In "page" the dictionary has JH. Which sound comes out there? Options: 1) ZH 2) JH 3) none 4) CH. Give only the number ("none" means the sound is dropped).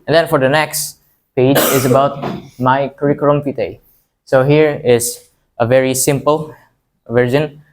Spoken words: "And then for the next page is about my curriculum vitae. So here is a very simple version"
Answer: 2